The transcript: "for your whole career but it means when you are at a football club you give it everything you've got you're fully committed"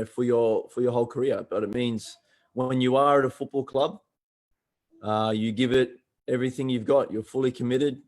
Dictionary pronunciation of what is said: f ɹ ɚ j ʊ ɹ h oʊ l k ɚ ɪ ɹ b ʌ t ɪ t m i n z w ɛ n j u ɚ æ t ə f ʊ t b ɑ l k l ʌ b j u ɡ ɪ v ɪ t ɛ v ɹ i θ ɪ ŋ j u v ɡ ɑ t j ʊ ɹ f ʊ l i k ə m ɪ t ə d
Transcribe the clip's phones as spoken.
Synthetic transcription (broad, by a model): f ɹ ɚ j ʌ ɹ h oʊ l k ɚ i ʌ b ʌ t ɪ t m i n z w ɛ n j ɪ ɚ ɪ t ə f ʊ t b ɑ l k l ʌ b j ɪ ɡ ɪ v ɪ t ɛ v ɹ i θ ɪ ŋ j u v ɡ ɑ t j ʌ ɹ f ʊ l i k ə m ɪ t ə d